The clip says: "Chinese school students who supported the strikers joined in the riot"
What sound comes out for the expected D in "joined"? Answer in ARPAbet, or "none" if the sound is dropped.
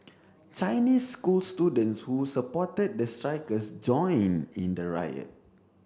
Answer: none